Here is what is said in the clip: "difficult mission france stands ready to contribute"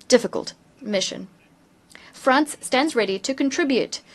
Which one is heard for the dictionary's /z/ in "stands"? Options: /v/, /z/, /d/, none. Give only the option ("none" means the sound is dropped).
/z/